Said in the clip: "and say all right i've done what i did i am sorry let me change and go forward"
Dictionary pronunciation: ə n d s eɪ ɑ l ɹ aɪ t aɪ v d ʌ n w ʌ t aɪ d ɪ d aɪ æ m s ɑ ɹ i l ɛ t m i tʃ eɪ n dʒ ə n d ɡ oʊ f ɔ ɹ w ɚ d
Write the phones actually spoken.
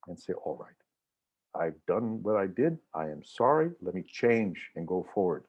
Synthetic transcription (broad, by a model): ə n s eɪ ɑ l ɹ aɪ t aɪ v d ʌ n w ʌ t aɪ d ɪ d aɪ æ m s ɑ ɹ i l ɛ t m i tʃ eɪ n dʒ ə n ɡ oʊ f ɔ ɹ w ɚ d